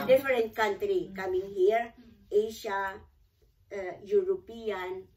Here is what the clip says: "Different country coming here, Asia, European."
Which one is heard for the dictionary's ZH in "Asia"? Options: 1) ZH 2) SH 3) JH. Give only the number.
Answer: 2